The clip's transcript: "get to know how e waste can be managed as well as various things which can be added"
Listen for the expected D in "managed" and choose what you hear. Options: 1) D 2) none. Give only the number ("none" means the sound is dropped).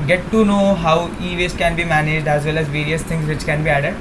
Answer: 1